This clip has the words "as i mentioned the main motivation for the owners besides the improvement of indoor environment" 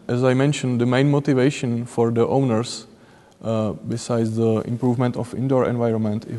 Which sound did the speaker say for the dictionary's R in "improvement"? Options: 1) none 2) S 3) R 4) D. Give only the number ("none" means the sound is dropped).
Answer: 3